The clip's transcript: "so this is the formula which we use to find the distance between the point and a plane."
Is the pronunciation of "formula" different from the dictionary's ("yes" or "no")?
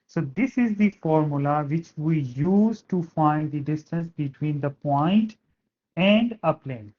no